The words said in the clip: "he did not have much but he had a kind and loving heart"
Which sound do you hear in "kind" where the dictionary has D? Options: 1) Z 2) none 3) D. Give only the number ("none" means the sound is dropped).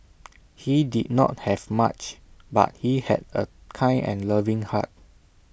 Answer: 2